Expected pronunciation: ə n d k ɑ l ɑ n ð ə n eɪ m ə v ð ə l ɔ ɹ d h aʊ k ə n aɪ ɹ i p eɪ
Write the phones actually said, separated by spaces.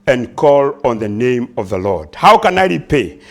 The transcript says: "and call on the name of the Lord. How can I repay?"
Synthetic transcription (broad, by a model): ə n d k ɑ l ɑ n ð ə n eɪ m ə v ð ə l ɔ ɹ d h aʊ k ə n aɪ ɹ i p eɪ